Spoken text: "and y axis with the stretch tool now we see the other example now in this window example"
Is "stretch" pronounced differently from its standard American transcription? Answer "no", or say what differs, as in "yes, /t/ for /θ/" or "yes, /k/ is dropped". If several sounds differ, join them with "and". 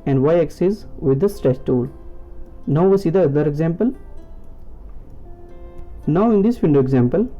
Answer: yes, /s/ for /tʃ/